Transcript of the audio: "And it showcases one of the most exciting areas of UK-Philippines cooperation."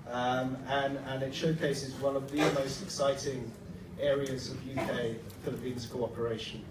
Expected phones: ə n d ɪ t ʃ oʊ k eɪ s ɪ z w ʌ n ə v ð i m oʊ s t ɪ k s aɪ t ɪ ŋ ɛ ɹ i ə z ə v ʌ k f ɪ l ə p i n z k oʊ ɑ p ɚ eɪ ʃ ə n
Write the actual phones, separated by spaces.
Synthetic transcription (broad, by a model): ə n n ɪ t ʃ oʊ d eɪ s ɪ z w ʌ n ə v ð i m oʊ s t ɪ k s aɪ t ɪ ŋ ɛ ɹ i ə z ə v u k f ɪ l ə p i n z k oʊ ɑ p ɚ eɪ ʃ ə n